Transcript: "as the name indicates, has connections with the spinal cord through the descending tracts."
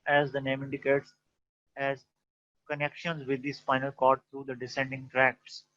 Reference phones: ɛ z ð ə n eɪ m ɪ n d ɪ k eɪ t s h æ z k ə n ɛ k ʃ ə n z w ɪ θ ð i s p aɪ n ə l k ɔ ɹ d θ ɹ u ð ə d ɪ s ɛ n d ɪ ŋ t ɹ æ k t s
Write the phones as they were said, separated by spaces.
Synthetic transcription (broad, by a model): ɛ z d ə n eɪ m ɪ n d ɪ k eɪ t s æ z k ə n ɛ k ʃ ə n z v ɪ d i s f aɪ n ə l k ɔ ɹ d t ɹ u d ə d ɪ s ɛ n d ɪ ŋ t ɹ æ k t s